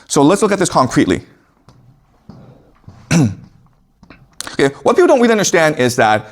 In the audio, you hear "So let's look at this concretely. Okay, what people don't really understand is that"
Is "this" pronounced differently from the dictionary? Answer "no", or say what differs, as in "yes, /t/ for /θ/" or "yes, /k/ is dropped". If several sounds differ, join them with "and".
no